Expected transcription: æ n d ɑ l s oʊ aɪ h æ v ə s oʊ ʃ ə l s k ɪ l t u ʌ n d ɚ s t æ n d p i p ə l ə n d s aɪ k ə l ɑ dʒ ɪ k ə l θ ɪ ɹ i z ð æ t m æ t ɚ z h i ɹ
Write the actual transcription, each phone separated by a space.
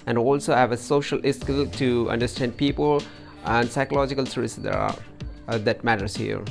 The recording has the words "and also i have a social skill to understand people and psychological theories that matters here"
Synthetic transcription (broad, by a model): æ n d ɑ l s oʊ h æ v ə s oʊ ʃ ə l s k ɪ l t u ʌ n d ɚ s t æ n d p i p ə l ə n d s aɪ k ə l ɑ dʒ ɪ k ə l s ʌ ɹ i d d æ t m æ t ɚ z h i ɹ